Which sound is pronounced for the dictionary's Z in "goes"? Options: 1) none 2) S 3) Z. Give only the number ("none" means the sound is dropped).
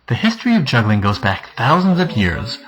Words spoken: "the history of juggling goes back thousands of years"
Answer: 3